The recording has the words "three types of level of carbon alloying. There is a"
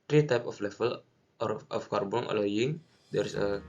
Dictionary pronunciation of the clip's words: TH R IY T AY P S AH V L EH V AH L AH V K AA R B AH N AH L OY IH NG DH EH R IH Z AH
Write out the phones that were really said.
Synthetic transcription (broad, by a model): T R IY T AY P AH F L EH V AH L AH F K AA R B AH N AH L OY IH NG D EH R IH S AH